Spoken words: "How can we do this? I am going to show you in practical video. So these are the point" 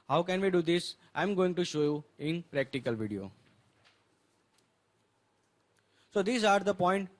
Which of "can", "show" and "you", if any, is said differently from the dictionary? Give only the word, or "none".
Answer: none